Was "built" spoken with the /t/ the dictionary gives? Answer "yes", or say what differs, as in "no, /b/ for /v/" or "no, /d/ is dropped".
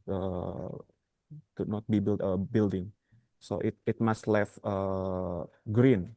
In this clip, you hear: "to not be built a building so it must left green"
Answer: no, /t/ is dropped